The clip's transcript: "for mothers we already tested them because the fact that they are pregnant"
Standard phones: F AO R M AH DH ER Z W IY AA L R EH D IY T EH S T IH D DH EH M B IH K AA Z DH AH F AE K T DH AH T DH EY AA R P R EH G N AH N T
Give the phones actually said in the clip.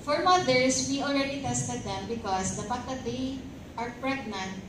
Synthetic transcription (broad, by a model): F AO R M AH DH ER S W IY AA L R EH D IY T EH S T IH D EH M B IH K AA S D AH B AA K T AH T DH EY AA R P R EH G N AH N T